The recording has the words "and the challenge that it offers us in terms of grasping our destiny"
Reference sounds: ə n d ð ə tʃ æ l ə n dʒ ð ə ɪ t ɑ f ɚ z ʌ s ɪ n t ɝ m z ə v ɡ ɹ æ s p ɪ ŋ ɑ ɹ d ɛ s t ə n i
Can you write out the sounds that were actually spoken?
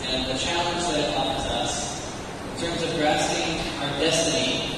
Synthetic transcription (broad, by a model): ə n ð ə tʃ æ l ə n dʒ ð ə ɪ t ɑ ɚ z ʌ s ɪ n t ɝ m z ə v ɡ ɹ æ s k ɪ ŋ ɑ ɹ d ɛ s t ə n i